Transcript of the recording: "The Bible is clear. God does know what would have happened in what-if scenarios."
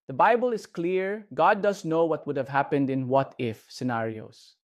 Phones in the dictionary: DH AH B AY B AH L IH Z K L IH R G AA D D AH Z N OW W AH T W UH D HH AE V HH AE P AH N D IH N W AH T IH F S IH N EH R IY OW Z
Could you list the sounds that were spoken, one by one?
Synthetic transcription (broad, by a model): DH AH B AY B AH L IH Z K L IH R G AA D D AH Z N OW W AH T W UH D HH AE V HH AE P AH N D IH N W AH T IH F S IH N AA R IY OW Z